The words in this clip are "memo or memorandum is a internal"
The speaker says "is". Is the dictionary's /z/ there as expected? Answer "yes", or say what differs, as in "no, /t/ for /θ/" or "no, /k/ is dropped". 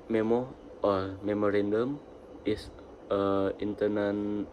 no, /s/ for /z/